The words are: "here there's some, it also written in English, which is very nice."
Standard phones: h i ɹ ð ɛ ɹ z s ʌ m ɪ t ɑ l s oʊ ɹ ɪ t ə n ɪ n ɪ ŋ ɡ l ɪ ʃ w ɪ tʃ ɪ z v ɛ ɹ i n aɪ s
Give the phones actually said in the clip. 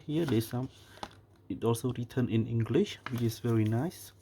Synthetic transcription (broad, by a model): h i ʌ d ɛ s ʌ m ɪ t ɑ l s oʊ ɹ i t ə n ɪ n ɪ ŋ ɡ l ɪ ʃ w ɪ tʃ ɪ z v ɛ ɹ i n aɪ s